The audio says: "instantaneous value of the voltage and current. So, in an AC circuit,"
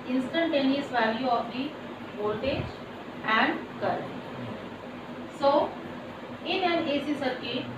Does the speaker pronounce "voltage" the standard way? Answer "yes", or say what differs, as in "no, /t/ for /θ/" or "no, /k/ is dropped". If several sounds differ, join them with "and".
no, /l/ is dropped